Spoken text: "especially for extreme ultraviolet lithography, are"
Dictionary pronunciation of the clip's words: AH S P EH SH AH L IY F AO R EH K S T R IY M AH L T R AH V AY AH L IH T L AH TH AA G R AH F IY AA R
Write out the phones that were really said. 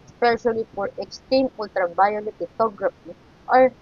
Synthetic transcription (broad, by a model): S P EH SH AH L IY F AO R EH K S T IY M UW L T R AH B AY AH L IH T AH T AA G R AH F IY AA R